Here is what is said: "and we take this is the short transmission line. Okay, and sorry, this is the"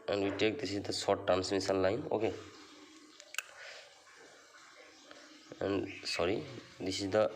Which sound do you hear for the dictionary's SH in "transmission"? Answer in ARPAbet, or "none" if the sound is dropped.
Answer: S